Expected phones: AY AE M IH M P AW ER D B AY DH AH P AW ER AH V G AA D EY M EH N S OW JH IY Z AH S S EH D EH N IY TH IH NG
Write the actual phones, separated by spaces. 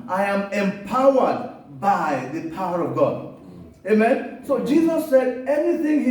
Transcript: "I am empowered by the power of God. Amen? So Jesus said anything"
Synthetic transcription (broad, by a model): AY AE M IH M P AW ER D B AY DH AH P AW ER AH V G AA D EY M EH N S OW JH IY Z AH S S EH D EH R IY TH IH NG